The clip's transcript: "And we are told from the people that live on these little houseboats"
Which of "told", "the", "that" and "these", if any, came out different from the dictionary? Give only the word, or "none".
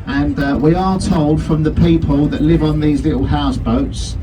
none